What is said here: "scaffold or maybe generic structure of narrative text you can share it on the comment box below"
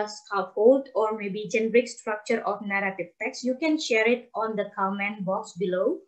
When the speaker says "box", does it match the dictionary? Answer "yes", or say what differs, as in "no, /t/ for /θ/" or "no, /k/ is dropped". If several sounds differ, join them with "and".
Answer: yes